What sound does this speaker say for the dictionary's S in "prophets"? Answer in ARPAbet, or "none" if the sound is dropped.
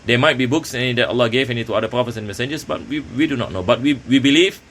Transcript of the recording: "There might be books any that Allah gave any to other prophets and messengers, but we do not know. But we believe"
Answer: S